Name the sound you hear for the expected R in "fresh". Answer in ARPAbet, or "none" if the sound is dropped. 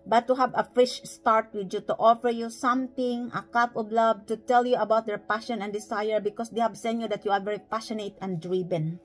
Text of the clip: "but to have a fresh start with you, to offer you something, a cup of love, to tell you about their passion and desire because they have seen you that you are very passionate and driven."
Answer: none